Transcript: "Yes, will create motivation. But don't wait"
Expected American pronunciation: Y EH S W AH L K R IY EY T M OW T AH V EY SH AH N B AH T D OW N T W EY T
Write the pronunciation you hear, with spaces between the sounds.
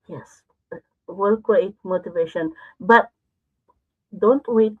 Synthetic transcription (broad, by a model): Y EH S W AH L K W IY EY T M OW T AH V EY SH AH N B AH T D OW N T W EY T